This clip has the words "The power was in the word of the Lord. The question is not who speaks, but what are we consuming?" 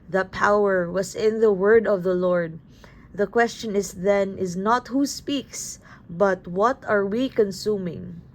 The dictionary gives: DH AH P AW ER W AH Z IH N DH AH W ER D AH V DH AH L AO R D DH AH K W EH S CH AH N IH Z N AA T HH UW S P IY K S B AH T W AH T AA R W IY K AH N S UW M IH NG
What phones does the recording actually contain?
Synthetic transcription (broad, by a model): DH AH P AW ER W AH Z IH N DH AH W ER D AH V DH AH L AO R D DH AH K W EH S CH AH N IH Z N AA T HH UW S P IY K S B AH T W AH T AA R W IY K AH N S UW M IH NG